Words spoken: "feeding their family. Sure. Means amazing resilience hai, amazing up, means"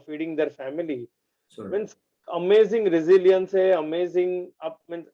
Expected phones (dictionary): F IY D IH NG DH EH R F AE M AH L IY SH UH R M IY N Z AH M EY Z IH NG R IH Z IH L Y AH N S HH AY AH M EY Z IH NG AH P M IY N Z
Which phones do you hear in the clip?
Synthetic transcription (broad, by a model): F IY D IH NG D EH R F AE M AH L IY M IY N S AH M EY Z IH NG R IH Z IH L Y AH N S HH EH AH M EY Z IH NG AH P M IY N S